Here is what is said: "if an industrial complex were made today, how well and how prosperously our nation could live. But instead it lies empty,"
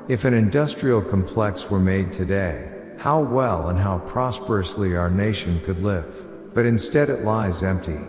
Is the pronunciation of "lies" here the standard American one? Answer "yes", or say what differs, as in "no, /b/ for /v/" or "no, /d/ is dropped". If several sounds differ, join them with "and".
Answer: yes